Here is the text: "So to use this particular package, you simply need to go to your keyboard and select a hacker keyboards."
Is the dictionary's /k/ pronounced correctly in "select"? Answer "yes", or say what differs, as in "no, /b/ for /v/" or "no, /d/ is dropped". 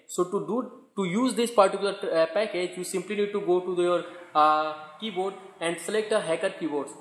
yes